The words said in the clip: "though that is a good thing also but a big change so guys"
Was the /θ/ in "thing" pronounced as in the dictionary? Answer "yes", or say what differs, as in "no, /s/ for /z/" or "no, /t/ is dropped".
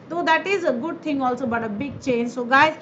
no, /t/ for /θ/